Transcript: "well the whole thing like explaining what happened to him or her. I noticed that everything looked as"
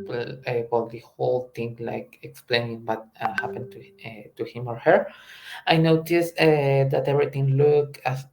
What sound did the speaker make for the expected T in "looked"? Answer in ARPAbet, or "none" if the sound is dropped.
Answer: none